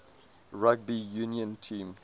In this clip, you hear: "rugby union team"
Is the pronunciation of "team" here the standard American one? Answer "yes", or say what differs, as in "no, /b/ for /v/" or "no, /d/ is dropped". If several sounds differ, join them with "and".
yes